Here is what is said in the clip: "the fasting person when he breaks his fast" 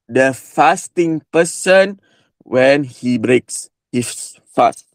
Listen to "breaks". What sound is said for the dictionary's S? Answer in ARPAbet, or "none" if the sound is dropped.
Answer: S